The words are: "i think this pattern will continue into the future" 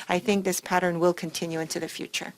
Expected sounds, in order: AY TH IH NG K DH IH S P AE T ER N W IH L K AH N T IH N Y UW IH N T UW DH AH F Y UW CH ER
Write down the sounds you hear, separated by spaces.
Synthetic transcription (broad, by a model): AY TH IH NG K DH IH S P AE T ER N W IH L K AH N T IH N Y UW IH N T UW DH AH F Y UW CH ER